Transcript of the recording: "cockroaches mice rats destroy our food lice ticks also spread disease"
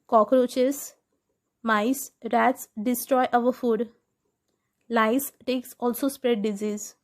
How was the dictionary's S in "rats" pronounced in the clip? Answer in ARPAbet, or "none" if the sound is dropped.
S